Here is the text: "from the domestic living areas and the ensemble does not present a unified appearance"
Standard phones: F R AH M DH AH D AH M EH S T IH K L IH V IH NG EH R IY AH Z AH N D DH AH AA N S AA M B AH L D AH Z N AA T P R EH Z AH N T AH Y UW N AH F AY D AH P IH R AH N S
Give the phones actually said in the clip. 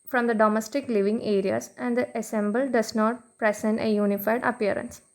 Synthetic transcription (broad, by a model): F R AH M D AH D AH M EH S T IH K L IH V IH NG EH R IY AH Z AH N D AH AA S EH M B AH L D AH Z N AA T P R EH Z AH N T AH Y UW N AH F AY D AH P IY R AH N S